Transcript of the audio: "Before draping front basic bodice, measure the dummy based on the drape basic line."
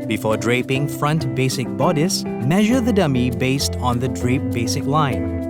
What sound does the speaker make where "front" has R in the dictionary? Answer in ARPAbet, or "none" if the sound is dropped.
R